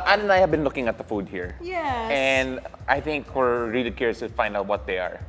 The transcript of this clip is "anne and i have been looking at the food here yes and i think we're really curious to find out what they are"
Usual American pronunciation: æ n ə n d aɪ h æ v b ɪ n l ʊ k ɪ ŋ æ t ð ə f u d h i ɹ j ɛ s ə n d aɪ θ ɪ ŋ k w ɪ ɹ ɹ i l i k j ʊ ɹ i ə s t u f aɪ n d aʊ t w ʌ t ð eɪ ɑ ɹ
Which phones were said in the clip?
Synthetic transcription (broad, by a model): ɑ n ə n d aɪ h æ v b ɪ n l ʊ k ɪ ŋ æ t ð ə f u d h i ɹ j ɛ ə n d aɪ θ ɪ ŋ k w ɪ ɹ ɹ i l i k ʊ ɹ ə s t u f aɪ n d aʊ t w ʌ t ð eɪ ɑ ɹ